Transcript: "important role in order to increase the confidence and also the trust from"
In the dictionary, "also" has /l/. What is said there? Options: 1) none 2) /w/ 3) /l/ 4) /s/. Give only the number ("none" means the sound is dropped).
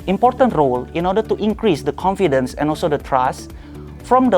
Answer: 3